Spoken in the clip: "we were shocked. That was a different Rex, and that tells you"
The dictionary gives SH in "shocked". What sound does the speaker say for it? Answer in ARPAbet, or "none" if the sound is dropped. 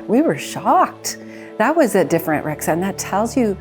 SH